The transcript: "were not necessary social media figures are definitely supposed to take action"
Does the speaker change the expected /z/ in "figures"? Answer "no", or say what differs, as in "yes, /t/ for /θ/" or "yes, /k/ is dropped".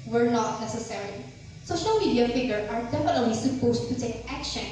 yes, /z/ is dropped